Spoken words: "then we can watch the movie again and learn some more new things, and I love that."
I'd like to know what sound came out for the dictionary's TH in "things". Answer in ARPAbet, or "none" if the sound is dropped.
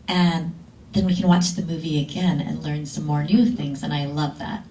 TH